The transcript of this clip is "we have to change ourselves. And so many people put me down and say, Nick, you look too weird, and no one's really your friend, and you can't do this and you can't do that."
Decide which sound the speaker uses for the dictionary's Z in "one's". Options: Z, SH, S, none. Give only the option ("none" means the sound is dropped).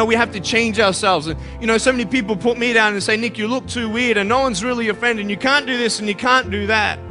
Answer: Z